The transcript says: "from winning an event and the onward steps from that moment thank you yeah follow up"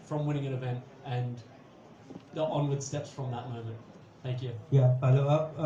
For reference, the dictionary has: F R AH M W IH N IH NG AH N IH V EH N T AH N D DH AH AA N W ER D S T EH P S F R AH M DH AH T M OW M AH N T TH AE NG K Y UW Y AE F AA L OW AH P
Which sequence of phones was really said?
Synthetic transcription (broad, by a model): F R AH M W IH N IH NG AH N IH V EH N T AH N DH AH AA N W ER D S T EH P S F R AH M DH AH T M OW M AH N T TH AE NG K Y UW Y AE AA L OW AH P